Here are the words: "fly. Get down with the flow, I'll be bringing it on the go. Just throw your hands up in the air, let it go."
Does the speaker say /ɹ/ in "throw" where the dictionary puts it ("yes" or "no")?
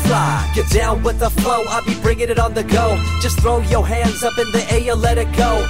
yes